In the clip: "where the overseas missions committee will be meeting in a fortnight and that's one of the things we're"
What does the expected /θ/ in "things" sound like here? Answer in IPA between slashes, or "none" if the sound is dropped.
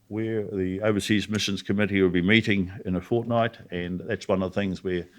/θ/